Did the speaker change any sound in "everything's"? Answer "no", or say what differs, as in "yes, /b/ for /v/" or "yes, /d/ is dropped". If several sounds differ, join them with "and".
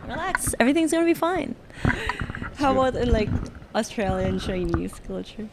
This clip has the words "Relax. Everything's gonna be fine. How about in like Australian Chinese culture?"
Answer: no